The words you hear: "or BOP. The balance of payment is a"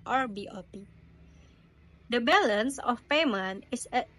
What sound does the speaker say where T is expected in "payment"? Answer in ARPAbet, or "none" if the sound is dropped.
none